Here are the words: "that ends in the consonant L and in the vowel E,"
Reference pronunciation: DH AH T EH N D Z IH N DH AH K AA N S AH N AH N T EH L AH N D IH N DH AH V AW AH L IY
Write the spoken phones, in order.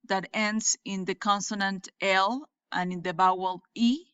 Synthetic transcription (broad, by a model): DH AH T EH N D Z IH N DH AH K AA N S AH N AH N T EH L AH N IH N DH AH B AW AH L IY